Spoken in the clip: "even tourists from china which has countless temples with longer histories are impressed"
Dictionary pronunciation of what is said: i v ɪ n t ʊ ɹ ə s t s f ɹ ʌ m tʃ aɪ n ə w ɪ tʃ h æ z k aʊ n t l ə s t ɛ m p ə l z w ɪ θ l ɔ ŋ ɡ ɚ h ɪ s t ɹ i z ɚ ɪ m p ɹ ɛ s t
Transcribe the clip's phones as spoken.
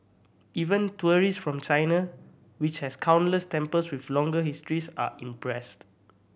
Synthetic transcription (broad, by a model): i v ɪ n t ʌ ɹ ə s s f ɹ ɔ m tʃ aɪ n ə w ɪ tʃ h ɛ s k aʊ n l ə s t ɛ m p ə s w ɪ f l ɔ ŋ ɡ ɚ h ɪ s t ɹ i s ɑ ɪ m p ɹ ɛ s t